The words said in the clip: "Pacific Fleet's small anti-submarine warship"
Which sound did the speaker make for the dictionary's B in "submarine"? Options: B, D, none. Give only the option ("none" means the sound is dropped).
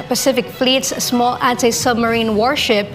B